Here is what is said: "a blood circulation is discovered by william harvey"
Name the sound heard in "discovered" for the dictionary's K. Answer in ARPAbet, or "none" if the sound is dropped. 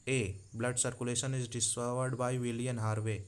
none